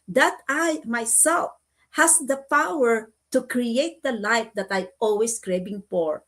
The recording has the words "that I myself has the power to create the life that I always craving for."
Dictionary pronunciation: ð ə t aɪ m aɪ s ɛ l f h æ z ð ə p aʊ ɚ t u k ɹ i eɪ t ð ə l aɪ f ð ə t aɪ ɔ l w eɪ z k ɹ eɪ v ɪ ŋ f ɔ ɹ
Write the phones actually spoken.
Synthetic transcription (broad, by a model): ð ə t aɪ m aɪ s ɛ l f h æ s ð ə p aʊ ɚ t u k ɹ i eɪ t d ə l aɪ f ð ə t aɪ ɔ l w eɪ s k ɹ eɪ b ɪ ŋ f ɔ ɹ